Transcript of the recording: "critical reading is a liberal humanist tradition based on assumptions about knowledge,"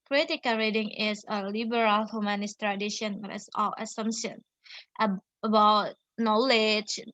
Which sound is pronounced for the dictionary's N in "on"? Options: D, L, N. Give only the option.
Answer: L